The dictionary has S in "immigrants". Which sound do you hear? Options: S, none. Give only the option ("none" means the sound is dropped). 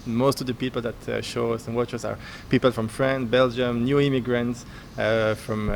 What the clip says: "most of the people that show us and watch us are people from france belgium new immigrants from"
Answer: S